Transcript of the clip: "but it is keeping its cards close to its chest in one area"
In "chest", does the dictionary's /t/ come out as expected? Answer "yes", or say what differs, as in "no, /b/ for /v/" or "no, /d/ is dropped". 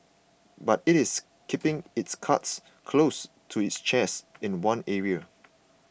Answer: no, /t/ is dropped